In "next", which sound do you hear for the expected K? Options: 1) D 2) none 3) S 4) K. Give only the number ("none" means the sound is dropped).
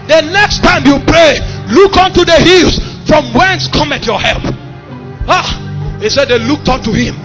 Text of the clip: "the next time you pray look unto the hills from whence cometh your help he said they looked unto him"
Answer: 4